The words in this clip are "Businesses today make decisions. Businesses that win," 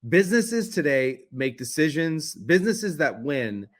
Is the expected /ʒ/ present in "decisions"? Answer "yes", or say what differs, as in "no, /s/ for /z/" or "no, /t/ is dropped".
yes